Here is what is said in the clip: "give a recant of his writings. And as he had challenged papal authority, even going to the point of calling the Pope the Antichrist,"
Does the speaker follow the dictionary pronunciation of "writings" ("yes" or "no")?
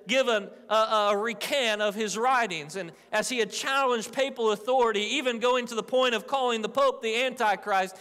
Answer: yes